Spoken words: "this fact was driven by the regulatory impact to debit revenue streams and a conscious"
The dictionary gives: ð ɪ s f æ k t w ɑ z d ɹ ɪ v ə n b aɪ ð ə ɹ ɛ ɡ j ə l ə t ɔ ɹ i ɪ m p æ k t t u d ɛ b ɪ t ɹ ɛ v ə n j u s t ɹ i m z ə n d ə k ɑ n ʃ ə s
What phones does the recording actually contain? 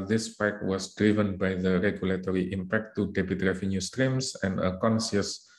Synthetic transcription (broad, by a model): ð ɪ s p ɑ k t w ɑ s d ɹ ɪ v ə n b aɪ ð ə ɹ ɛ ɡ j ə l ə t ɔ ɹ i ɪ m p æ k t t u d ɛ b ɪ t ɹ ɛ v ə n j u s t ɹ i m s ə n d ə k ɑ n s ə s